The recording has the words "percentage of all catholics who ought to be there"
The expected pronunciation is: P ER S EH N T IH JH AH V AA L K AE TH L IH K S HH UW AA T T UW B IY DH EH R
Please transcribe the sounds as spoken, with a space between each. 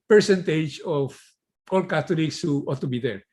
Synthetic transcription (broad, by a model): P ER S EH N T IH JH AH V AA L K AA T L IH K S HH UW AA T T UW B IY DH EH R